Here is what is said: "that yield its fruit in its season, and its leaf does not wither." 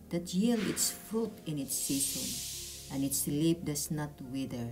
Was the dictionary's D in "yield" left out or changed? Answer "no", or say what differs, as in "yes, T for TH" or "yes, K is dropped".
yes, D is dropped